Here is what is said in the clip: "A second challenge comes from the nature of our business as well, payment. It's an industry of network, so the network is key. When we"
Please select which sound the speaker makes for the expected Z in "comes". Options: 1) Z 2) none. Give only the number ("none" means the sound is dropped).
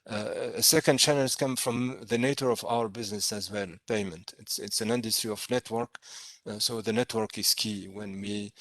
2